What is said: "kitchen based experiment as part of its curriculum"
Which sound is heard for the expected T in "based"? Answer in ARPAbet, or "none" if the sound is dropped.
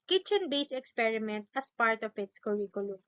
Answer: none